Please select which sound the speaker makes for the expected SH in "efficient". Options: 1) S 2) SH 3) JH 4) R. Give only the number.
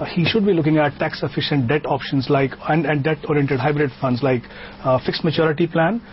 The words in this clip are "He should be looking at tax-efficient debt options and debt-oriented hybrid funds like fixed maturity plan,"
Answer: 2